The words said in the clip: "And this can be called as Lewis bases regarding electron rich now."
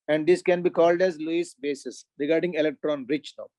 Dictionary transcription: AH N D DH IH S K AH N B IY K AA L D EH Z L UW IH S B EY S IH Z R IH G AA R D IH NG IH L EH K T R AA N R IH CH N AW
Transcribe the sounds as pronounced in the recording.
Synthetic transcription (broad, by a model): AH N D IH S K AH N B IY K AA L D EH Z L UW IH S B EY S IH S R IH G AA R D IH NG IH L EH K T R AA N R IH CH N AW